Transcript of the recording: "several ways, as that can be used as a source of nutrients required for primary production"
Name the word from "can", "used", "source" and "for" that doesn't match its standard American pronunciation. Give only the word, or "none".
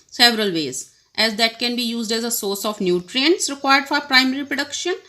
none